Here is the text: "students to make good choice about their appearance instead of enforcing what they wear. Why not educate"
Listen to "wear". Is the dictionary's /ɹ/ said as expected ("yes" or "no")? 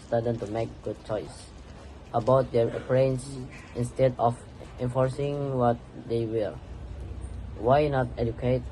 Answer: no